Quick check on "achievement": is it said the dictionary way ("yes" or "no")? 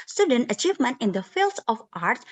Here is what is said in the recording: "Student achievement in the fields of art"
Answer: yes